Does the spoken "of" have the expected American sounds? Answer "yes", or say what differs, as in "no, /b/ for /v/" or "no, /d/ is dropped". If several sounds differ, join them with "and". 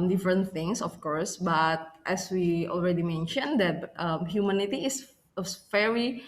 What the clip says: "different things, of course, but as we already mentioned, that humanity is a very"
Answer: no, /f/ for /v/